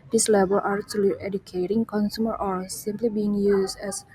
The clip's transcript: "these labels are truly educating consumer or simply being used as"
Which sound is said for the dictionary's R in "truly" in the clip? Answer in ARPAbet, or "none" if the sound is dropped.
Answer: none